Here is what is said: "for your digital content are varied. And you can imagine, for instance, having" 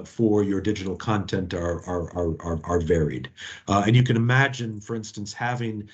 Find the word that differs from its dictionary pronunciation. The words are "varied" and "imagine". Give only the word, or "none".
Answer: none